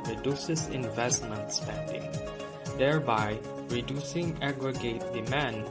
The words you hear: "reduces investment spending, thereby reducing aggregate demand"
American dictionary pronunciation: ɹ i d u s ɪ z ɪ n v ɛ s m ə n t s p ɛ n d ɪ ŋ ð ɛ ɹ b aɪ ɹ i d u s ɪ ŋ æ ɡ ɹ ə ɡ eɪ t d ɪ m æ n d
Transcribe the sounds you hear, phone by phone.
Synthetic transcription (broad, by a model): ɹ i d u s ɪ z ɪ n v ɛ s m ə n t s p ɛ n d ɪ ŋ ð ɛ ɹ b aɪ ɹ i d u s ɪ ŋ æ ɡ ɹ ə ɡ eɪ t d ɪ m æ n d